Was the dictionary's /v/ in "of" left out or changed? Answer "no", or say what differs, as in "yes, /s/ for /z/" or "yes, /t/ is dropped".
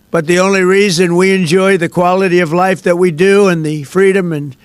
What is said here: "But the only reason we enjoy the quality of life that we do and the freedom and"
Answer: no